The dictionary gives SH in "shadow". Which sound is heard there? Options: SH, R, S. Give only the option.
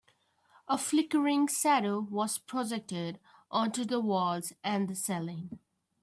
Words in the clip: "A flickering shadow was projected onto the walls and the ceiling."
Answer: S